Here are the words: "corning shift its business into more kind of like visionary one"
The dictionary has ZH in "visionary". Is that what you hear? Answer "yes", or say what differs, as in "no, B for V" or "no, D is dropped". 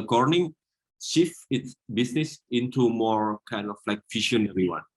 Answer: no, SH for ZH